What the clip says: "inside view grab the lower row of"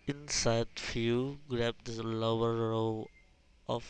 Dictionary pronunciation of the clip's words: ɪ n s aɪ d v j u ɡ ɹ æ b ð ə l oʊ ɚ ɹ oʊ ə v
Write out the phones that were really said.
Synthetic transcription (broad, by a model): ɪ n s aɪ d f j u ɡ ɹ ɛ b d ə l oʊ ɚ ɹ oʊ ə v